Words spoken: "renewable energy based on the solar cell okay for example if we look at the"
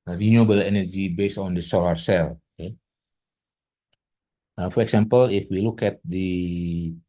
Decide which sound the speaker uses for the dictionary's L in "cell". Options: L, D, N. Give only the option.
L